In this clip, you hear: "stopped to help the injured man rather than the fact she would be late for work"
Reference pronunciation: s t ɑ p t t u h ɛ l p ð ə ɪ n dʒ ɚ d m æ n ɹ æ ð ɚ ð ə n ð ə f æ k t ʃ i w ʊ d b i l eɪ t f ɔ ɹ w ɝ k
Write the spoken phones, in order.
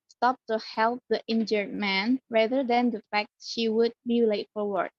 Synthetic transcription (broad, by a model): s t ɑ p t t u h ɛ l p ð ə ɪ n dʒ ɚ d m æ n ɹ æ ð ɚ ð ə n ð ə f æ k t ʃ i w ʊ d b i l eɪ t f ɔ ɹ w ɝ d